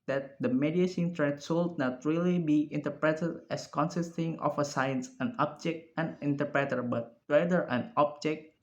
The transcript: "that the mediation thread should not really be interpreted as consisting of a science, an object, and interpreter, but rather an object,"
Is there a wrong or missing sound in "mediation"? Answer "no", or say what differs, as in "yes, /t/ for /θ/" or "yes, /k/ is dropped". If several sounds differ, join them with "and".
yes, /s/ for /ʃ/